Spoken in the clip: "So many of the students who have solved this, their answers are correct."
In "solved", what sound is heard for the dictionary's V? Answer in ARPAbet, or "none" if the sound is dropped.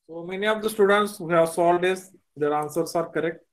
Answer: none